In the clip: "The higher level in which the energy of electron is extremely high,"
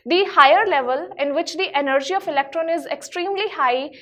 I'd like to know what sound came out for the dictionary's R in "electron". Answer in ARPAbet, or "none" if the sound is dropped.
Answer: R